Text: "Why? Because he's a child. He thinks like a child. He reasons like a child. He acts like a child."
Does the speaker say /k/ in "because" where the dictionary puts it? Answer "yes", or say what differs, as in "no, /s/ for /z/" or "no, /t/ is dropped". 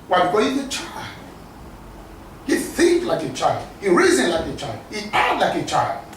no, /k/ is dropped